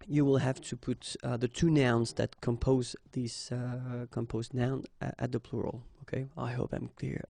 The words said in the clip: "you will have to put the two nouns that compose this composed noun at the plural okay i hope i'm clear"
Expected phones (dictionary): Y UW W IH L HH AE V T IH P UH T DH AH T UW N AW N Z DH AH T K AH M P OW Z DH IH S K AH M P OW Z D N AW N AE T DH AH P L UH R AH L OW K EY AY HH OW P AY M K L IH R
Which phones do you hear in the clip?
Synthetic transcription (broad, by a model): Y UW W IH L HH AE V T IH P UH T DH AH T UW N AW N Z DH AH T K AH M P OW Z DH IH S K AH M P OW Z N AW N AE T DH AH P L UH R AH L OW K EY AY HH OW P AY M K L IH R